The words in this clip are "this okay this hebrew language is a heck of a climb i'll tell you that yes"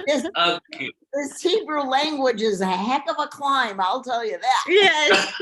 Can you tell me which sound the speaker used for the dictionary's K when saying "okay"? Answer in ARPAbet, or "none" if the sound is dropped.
none